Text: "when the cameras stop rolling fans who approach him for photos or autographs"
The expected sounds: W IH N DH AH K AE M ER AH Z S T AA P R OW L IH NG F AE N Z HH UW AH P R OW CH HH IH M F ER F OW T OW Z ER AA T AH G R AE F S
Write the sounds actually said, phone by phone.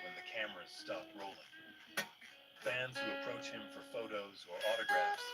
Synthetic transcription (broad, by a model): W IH N DH AH K AE M ER AH Z S T AA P R OW L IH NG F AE N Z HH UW AH P R OW CH HH IH M F ER F OW T OW Z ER AA T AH G R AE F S